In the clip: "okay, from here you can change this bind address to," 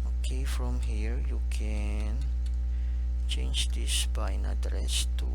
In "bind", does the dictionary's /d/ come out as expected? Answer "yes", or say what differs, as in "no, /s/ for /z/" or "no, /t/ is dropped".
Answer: no, /d/ is dropped